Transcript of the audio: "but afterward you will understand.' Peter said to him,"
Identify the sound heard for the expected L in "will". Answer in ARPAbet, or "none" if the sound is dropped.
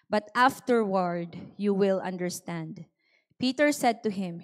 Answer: L